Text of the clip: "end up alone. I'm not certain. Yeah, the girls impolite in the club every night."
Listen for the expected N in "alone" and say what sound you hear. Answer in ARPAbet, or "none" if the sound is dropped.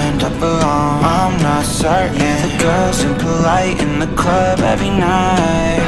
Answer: none